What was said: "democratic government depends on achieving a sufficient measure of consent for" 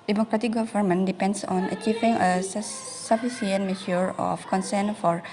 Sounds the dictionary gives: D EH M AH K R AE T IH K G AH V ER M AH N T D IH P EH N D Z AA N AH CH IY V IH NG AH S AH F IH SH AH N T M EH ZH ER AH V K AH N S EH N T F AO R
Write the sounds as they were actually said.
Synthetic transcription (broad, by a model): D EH M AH K R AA T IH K G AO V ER M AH N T D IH P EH N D S AA N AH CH IY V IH NG AH S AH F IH S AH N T M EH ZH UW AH F K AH N S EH N F AO R